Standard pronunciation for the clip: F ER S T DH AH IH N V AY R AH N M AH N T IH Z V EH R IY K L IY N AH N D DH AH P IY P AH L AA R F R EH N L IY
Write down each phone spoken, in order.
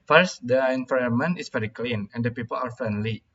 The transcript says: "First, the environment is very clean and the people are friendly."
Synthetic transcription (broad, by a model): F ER S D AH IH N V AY AH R M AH N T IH S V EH R IY K L IY N AH N D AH P IY P AH L AA R F R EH N L IY